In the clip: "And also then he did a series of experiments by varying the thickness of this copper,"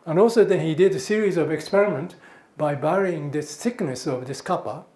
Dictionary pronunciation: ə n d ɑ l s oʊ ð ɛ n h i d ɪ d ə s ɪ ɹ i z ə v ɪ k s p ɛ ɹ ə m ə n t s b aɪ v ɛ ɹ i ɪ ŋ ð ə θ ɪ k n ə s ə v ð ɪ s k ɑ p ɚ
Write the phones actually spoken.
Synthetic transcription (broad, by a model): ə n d ɑ l s oʊ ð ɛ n h i d ɪ d ə s ɪ ɹ i z ə v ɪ k s p ɛ ɹ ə m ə n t b aɪ b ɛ ɹ i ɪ ŋ ð ə s ɪ k n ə s ə v ð ɪ s k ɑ p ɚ